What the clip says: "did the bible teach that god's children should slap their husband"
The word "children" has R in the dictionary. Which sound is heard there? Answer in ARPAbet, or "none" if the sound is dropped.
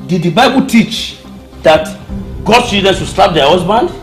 none